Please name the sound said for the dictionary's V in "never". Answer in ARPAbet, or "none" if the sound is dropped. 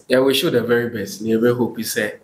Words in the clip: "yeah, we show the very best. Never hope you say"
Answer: B